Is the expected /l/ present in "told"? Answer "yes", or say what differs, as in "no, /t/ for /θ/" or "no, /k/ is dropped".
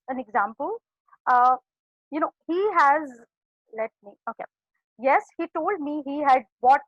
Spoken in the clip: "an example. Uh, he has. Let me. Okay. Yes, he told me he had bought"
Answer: yes